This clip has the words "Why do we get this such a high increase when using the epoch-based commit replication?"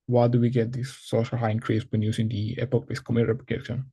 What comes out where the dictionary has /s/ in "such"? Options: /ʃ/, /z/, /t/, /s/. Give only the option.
/ʃ/